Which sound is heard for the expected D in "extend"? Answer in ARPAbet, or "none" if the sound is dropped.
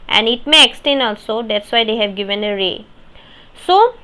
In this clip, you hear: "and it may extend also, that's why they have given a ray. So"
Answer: none